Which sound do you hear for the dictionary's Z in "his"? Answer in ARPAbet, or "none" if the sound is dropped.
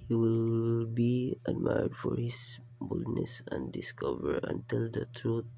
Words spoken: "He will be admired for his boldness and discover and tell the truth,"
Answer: S